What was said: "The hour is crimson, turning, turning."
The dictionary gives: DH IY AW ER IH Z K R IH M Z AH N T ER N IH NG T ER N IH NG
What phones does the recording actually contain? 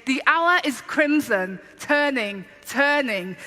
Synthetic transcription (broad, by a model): DH IY AW ER IH Z K R IH M Z AH N T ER N IH NG T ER N IH NG